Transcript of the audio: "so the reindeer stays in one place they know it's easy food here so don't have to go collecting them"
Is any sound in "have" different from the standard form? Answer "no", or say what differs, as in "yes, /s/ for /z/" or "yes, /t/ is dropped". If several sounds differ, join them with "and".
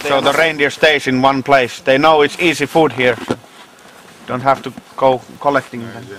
yes, /f/ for /v/